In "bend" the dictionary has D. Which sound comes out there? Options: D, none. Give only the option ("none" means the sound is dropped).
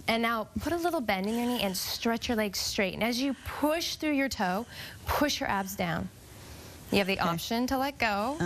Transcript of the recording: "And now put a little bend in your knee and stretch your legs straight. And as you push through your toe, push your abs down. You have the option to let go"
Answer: D